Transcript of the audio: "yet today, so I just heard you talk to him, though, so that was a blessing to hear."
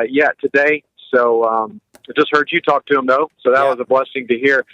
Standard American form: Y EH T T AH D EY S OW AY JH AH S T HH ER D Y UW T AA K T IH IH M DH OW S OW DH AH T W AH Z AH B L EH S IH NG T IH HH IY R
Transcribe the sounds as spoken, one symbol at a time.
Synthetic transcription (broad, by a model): Y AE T T AH D EY S OW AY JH AH S T HH ER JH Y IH T AA K T IH IH M DH OW S OW DH AH T W AH Z AH B L EH S IH NG T IH HH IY R